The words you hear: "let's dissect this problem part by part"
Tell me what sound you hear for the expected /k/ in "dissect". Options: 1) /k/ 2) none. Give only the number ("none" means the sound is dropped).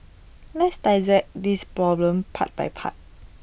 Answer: 2